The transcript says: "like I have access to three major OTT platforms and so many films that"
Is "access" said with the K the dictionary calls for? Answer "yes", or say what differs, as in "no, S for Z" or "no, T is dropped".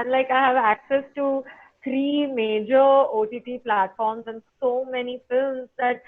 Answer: yes